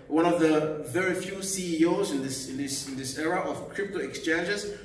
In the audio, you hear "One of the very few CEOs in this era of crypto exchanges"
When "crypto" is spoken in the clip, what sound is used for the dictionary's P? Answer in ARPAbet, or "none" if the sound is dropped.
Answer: P